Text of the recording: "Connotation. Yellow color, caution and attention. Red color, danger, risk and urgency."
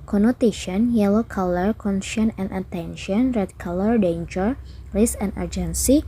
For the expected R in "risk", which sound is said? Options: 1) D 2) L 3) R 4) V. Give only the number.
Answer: 2